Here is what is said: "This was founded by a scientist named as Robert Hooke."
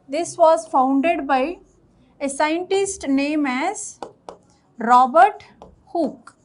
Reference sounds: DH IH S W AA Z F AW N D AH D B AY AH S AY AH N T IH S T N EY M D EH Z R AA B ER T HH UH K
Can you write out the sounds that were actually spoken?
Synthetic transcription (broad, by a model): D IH S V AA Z F AW N D AH D B AY AH S AY AH N T IH S T N EY M EH Z R AA B ER T HH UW K